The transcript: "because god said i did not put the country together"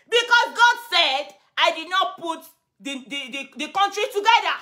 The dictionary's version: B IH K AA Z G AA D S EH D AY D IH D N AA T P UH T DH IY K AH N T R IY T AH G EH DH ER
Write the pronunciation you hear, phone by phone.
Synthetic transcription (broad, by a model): B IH K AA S G AA D S EH D AY D IH D N AA T P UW T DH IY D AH N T R IY T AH G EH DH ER